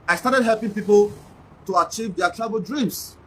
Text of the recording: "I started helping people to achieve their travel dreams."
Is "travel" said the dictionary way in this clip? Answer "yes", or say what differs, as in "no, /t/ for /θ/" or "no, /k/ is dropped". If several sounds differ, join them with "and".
no, /b/ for /v/